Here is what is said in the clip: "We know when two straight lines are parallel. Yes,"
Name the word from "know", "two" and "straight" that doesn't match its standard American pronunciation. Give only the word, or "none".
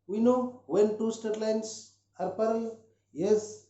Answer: straight